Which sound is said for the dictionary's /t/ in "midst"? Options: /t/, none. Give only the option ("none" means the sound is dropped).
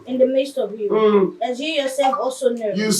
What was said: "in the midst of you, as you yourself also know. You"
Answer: /t/